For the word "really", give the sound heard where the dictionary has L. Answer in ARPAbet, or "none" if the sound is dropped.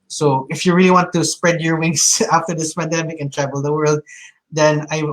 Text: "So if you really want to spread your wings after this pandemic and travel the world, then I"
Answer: L